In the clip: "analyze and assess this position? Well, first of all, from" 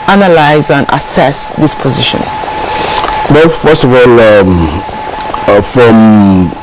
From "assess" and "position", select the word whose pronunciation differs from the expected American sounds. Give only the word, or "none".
none